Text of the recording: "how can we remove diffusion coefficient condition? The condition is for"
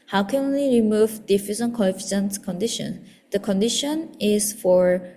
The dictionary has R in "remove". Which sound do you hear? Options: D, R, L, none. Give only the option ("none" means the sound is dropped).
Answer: R